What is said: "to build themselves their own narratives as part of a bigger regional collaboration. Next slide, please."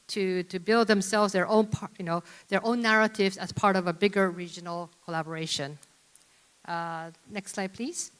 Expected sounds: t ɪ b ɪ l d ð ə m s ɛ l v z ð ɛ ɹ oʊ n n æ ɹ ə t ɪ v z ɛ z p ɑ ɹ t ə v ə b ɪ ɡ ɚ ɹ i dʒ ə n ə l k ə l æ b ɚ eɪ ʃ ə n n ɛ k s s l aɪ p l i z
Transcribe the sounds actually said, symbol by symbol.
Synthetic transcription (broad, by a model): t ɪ b ɪ l d ð ə m s ɛ l v z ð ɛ ɹ oʊ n n æ ɹ ə t ɪ v z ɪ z p ɑ ɹ t ə v ə b ɪ ɡ ɚ ɹ i dʒ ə n l k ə l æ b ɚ eɪ ʃ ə n n ɛ k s s l aɪ p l i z